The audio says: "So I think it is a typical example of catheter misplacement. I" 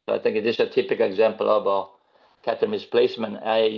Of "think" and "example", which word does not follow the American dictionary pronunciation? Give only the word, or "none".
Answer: none